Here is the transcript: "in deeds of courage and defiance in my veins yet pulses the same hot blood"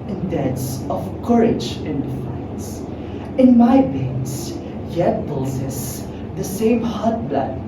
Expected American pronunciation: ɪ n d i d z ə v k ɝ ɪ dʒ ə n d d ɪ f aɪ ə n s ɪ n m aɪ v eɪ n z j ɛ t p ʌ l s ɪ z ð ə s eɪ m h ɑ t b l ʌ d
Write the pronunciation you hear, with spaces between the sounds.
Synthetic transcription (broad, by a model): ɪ n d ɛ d s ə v k ɝ ɪ dʒ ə n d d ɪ f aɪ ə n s ɪ n m aɪ b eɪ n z j ɛ t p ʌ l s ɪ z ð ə s eɪ m h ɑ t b l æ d